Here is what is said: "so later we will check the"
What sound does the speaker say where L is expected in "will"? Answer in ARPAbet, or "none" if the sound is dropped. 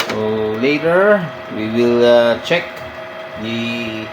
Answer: L